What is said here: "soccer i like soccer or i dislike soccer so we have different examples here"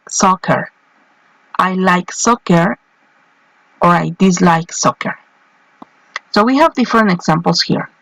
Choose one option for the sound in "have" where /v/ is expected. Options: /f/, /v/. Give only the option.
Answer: /v/